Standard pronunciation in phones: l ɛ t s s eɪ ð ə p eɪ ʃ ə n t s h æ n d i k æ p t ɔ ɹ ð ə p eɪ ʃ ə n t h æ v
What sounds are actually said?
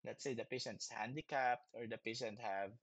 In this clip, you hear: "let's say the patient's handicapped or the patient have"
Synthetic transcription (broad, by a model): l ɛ t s s eɪ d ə p eɪ ʃ ə n t s h æ n d i k æ p t ɔ ɹ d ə p eɪ ʃ ə n t h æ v